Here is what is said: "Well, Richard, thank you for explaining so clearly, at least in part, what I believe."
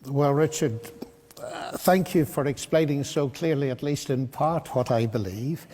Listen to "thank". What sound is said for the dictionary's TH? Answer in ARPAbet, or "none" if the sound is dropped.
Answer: TH